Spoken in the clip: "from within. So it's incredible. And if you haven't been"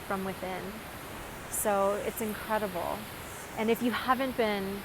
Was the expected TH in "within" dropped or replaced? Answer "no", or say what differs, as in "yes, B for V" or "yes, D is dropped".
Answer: no